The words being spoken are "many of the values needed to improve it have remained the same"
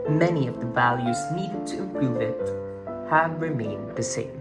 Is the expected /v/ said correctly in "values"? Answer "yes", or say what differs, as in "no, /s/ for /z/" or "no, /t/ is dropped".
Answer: yes